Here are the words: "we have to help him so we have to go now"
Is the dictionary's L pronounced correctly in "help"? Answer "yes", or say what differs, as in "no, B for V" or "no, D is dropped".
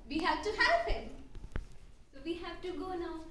no, L is dropped